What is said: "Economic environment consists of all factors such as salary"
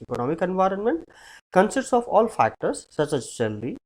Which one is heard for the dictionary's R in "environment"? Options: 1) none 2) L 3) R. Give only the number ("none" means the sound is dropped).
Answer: 3